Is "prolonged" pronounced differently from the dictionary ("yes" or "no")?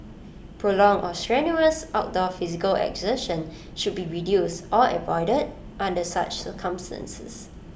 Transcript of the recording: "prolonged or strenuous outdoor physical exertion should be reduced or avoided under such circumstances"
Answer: yes